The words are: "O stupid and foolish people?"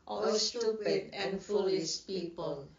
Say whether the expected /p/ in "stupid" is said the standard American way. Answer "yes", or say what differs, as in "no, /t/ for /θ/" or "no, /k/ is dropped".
no, /p/ is dropped